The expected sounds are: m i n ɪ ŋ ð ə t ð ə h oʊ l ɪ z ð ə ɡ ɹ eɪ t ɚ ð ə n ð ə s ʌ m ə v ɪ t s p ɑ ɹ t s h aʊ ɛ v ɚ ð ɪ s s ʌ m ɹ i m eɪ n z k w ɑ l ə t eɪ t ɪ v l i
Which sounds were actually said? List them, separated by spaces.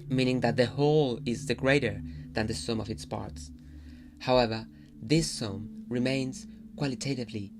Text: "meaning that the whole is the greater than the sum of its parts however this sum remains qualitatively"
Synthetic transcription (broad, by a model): m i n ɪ ŋ ð ə t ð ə h oʊ l ɪ z ð ə ɡ ɹ eɪ t ɚ ð ə n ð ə s ʌ m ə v ɪ t s p ɑ ɹ t s h aʊ ɛ v ɚ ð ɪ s s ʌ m ɹ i m eɪ n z k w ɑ l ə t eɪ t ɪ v l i